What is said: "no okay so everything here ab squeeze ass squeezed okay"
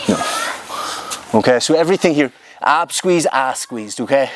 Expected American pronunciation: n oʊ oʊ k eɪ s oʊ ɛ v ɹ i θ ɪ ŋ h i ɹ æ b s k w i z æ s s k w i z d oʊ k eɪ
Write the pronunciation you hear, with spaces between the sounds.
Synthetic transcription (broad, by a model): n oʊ oʊ k eɪ s oʊ ɛ v ɹ i θ ɪ ŋ h i ɹ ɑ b s k w i z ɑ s s k w i z d oʊ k eɪ